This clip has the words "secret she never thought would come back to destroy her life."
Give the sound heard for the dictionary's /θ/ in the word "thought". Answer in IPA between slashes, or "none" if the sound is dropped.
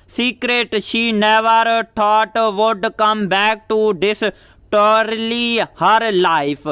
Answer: /t/